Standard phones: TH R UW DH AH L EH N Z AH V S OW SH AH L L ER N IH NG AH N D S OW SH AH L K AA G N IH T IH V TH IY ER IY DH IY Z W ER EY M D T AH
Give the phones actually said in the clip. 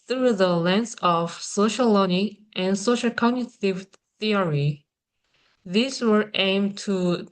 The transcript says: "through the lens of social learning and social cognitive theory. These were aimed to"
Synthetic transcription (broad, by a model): TH R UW DH AH L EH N S AH V S OW AH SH L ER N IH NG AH N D S OW SH AH L K AA G N IH T IH V TH IY ER IY DH IY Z W ER EY M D T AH